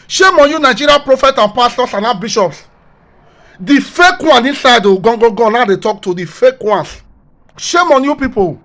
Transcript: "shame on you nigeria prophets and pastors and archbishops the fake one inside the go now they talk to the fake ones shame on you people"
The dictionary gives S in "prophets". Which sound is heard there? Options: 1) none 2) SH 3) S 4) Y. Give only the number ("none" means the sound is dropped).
1